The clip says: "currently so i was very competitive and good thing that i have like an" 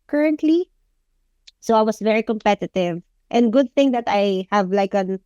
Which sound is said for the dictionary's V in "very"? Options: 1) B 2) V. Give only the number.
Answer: 2